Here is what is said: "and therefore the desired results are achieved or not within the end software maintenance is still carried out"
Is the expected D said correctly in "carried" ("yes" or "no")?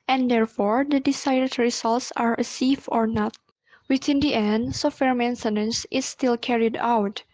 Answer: yes